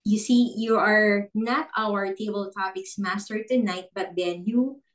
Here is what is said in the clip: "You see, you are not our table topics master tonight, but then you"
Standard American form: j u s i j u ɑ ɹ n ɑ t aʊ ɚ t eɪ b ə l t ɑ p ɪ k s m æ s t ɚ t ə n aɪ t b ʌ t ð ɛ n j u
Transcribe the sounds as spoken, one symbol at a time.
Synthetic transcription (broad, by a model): j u s i j u ɑ ɹ n ɑ t aʊ ɚ t eɪ b ə l t ɑ p ɪ k s m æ s t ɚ t ə n aɪ t b ʌ t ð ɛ n j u